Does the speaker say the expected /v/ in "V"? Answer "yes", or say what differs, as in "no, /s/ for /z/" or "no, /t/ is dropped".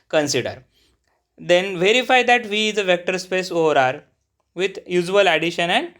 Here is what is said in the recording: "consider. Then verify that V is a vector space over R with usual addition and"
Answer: yes